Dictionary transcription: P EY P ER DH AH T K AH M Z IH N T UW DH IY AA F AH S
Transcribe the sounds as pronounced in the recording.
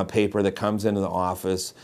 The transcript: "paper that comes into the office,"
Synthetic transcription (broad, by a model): P EY P ER DH AH T K AH M Z IH N T UW DH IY AA F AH S